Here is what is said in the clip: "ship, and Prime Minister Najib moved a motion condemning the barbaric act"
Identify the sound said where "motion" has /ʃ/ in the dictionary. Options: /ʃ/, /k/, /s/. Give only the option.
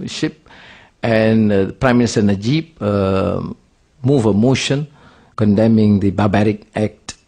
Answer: /ʃ/